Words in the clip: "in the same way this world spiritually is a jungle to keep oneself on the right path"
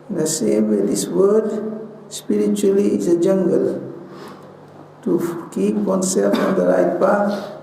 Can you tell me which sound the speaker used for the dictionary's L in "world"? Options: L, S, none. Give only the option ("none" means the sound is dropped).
none